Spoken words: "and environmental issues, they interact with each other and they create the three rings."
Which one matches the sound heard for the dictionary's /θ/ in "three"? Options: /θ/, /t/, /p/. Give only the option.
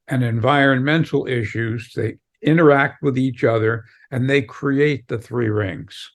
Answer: /θ/